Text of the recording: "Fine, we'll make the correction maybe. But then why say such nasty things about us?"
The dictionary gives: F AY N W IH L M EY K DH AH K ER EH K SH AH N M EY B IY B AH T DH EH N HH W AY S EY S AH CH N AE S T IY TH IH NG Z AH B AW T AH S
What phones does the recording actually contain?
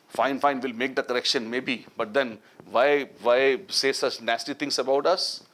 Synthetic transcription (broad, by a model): F AY N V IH L M EY K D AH K ER EH K SH AH N M EY B IY B AH T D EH N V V AY S EY S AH S N AE S T IY T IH NG S AH B AW T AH S